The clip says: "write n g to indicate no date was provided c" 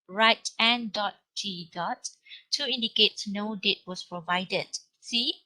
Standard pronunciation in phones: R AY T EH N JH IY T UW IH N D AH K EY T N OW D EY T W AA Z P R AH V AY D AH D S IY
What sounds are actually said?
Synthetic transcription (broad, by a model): R AY T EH N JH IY T UW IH N D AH K EY T N OW D EY T W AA S P R AH V AY D AH D S IY